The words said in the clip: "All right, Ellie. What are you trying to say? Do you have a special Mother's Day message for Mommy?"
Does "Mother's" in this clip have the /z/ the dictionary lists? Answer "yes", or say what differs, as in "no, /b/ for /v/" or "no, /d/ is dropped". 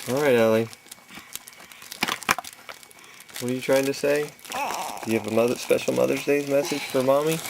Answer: yes